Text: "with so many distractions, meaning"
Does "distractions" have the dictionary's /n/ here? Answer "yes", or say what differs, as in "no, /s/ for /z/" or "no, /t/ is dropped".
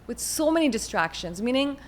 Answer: yes